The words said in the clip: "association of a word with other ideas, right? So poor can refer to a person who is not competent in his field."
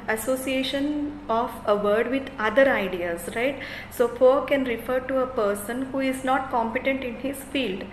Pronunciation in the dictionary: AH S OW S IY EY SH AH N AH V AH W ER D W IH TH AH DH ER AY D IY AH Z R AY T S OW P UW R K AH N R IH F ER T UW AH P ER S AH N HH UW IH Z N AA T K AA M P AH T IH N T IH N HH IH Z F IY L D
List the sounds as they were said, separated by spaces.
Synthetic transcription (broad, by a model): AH S OW S IY EY SH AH N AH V AH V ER D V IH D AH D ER AY D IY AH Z R AY T S OW F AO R K AH N R IH F ER T UW AH P ER S AH N HH UW IH Z N AA T K AA M P AH T IH N T IH N HH IH Z F IY L D